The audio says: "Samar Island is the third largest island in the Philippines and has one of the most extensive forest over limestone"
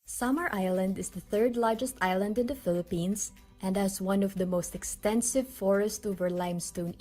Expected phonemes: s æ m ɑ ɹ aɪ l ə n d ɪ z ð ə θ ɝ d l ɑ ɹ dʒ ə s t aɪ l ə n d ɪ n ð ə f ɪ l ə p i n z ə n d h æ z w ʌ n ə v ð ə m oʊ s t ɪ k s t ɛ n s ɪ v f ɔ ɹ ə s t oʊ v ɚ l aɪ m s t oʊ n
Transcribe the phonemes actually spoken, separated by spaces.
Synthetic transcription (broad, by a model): s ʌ m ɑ ɹ aɪ l ə n d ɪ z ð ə θ ɝ d l ɑ ɹ dʒ ə s t aɪ l ə n d ɪ n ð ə f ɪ l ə p i n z ə n d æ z w ʌ n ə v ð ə m oʊ s t ɪ k s t ɛ n s ɪ v f ɔ ɹ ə s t oʊ v ɚ l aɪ m s t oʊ n